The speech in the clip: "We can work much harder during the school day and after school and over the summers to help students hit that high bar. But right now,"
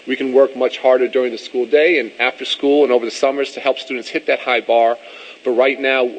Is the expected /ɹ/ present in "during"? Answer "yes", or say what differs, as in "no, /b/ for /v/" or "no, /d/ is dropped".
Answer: yes